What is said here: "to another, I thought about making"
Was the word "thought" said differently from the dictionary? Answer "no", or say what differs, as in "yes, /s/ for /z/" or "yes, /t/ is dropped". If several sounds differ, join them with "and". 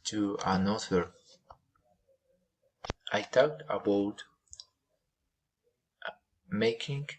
yes, /t/ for /θ/